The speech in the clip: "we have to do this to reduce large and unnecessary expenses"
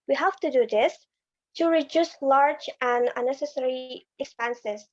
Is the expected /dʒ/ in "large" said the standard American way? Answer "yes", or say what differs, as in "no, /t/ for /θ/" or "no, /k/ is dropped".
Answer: yes